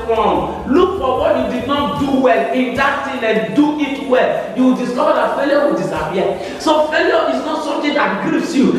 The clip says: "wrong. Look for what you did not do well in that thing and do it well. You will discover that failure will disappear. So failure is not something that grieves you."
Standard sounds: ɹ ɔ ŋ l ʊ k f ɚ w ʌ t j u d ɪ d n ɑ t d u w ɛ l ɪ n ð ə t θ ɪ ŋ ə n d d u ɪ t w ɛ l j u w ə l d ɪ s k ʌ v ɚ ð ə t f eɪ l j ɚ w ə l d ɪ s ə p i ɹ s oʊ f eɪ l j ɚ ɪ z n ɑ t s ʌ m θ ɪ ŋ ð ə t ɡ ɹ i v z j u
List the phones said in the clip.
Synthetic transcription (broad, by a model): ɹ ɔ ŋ l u k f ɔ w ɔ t j u d ɪ d n ɑ t d u w ɛ l ɪ n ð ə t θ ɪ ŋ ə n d d u ɪ t w ɛ l j u w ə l d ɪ s k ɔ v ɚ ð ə t f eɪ l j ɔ w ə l d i s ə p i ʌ s oʊ f eɪ l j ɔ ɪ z n ɑ t s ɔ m t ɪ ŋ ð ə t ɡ i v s j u